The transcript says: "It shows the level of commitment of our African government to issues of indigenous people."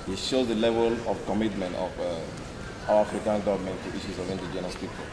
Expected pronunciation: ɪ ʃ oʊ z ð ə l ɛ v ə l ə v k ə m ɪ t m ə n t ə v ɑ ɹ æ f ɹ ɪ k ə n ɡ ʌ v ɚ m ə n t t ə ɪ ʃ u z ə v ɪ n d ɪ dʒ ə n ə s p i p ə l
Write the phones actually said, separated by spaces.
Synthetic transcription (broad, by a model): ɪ ʃ oʊ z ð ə l ɛ v ə l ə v k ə m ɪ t m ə n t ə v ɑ w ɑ f ɹ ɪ k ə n ɡ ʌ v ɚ m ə n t t ə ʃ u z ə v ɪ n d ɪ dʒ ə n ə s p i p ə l